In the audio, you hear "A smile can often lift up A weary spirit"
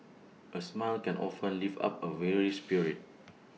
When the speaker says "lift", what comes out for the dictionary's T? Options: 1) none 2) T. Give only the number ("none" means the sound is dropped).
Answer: 1